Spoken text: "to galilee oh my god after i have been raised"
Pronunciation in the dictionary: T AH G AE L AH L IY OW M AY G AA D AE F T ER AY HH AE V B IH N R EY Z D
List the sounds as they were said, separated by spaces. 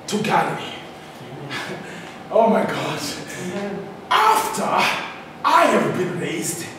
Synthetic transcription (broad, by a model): T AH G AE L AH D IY OW M AY G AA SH AE F T ER AY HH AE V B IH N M EY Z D